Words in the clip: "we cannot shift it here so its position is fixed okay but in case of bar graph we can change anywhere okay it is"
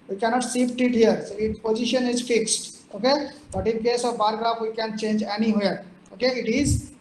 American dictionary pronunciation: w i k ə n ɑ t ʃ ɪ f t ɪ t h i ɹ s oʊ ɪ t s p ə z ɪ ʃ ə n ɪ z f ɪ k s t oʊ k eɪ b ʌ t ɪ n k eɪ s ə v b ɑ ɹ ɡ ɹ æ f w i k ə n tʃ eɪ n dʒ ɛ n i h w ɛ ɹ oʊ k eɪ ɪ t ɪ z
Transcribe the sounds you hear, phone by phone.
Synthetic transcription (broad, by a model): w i k ə n ɑ t s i p t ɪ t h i ɹ s oʊ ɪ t p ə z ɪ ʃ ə n ɪ z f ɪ k s t oʊ k eɪ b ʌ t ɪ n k eɪ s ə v b ɑ ɹ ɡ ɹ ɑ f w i k ə n tʃ eɪ n dʒ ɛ n i h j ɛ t oʊ k eɪ ɪ t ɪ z